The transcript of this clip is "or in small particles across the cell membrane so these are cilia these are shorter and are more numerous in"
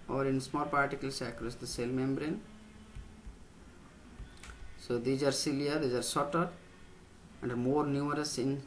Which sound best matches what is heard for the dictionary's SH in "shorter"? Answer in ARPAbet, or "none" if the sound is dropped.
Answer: S